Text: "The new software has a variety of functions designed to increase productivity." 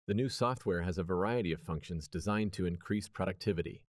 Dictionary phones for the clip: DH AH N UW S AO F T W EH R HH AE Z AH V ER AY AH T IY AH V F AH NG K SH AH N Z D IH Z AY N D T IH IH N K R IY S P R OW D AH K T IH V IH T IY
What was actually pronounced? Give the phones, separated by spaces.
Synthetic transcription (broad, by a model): DH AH N UW S AO F T W EH R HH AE Z AH V ER AY AH T IY AH V F AH NG K SH AH N Z D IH Z AY N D T IH IH N K R IY S P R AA D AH K T IH V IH T IY